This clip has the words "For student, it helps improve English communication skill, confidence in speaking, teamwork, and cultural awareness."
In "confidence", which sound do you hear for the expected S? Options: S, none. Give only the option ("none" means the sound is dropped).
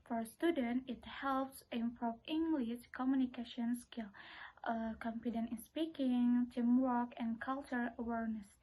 none